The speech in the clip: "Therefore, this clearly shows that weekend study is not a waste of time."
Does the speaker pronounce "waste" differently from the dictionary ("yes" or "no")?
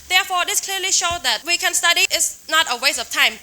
yes